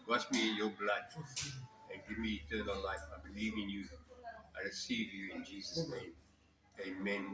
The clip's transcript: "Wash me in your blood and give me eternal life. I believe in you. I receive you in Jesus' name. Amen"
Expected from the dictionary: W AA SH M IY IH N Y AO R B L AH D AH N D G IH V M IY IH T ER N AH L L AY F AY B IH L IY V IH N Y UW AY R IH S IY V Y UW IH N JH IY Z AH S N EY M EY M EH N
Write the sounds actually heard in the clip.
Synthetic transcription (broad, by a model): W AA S M IY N Y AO B L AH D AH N G IH V M IY T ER N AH L L AY F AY B IH L IY V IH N Y UW AY R IH S IY V Y UW IH N JH IY Z AH S N EY M EY M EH N